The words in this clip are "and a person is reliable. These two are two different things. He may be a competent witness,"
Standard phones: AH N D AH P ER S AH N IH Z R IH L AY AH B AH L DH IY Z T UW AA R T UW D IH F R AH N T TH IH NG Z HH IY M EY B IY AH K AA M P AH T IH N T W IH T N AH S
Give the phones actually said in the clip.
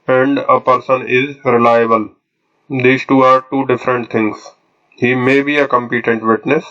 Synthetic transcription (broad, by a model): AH N D AH P ER S AH N IH Z R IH L AY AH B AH L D IY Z T UW AA R T UW D IH F R AH N T T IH NG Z HH IY M EY B IY AH K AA M P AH T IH N T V IH T N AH S